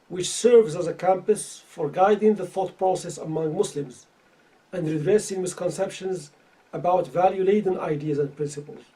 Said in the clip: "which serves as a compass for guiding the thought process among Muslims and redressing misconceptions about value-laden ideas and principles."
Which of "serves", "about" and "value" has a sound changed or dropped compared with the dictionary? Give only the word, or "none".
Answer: none